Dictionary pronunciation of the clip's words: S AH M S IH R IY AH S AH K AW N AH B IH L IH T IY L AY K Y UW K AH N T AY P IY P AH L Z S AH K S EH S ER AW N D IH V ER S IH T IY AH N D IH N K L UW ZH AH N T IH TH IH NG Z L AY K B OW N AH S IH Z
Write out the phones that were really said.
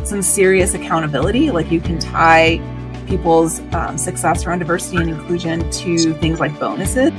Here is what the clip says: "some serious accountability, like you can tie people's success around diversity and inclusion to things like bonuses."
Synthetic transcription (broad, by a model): S AH M S IH R IY AH S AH K AW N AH B IH L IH T IY L AY K Y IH K AH N T AY P IY P L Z S AH K S EH S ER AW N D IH V ER S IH T IY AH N IH N K L UW ZH AH N T IH TH IH NG Z L AY K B OW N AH S IH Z